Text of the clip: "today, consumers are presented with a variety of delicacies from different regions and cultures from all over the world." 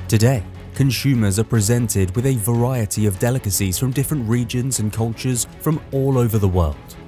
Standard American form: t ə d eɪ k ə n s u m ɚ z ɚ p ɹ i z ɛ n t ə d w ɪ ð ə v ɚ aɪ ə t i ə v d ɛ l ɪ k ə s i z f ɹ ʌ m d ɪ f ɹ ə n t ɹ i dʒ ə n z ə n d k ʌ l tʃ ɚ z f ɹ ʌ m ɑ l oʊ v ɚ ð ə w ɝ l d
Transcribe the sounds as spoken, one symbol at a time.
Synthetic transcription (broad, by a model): t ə d eɪ k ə n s u m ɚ z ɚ p ɹ i z ɛ n t ə d w ɪ ð ə v ɚ aɪ ə t i ə v d ɛ l ɪ k ə s i z f ɹ ʌ m d ɪ f ɹ ə n t ɹ i dʒ ə n z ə n k ʌ l tʃ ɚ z f ɹ ʌ m ɑ l oʊ v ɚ ð ə w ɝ l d